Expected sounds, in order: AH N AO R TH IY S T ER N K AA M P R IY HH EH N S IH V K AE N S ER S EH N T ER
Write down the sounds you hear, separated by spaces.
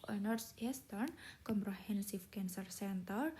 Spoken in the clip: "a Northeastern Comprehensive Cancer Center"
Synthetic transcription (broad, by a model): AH N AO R S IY S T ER N K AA M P R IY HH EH N S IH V K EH N S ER S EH N T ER